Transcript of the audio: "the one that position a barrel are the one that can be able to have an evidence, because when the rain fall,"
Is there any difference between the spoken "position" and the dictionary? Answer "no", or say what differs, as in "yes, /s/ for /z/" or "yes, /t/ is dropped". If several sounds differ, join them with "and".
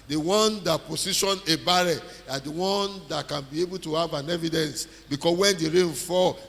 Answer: yes, /s/ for /z/